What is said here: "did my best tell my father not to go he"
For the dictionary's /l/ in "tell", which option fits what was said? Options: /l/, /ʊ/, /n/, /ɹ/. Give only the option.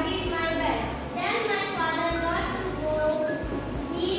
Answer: /n/